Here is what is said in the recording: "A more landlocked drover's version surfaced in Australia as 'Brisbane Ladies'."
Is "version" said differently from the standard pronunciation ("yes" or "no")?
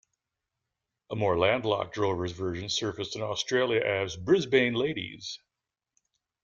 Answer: no